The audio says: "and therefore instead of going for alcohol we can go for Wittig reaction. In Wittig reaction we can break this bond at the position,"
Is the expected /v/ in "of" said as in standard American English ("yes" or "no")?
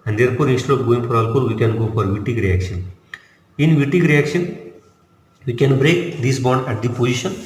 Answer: no